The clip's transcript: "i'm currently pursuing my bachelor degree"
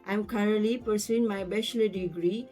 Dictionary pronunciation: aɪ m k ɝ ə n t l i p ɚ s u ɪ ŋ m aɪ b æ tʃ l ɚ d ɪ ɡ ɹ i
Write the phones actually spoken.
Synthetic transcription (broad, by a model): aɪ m k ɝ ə t l i p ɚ s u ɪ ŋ m aɪ b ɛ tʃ l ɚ d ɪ ɡ ɹ i